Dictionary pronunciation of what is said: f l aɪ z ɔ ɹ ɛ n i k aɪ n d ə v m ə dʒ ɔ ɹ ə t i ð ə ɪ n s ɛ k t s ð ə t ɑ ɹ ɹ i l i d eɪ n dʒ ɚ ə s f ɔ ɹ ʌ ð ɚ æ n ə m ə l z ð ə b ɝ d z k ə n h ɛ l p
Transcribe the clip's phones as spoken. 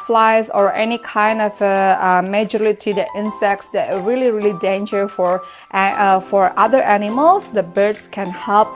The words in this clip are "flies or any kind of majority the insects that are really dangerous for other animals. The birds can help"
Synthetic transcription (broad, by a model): f l aɪ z ɔ ɹ ɛ n i k aɪ n d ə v m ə dʒ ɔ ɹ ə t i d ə ɪ n s ɛ k t s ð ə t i l ɹ i l i d eɪ n dʒ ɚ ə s f ɔ ɹ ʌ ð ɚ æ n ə m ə l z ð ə b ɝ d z k ə n h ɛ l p